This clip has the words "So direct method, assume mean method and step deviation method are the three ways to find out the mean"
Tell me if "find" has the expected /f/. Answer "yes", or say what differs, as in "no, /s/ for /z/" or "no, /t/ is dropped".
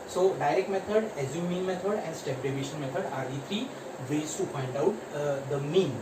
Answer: no, /p/ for /f/